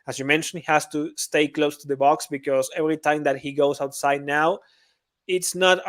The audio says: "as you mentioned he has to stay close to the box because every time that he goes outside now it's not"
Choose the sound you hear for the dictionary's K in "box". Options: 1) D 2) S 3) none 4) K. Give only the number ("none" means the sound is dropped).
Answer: 4